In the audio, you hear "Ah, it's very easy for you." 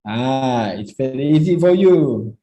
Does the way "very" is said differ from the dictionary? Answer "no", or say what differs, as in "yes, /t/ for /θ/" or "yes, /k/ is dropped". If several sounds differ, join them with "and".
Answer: yes, /f/ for /v/